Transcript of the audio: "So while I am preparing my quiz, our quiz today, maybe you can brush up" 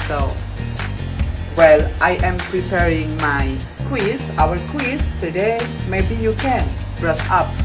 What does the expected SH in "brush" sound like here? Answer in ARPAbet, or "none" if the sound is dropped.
S